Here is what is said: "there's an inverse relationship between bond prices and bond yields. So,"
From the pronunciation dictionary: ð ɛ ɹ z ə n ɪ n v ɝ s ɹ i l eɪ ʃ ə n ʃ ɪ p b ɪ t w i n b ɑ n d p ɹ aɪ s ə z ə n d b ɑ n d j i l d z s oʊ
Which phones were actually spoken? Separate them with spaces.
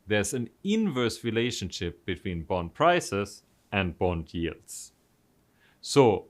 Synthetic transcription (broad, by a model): ð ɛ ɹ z ə n ɪ n v ɝ s ɹ i l eɪ ʃ ə n ʃ ɪ p b ɪ t w i n b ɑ n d p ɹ aɪ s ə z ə n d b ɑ n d j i l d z s oʊ